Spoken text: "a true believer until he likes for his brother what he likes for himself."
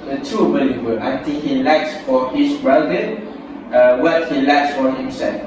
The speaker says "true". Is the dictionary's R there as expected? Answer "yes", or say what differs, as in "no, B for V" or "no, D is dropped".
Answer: no, R is dropped